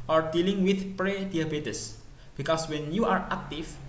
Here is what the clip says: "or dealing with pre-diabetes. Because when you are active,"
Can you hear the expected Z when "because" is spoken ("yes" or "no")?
no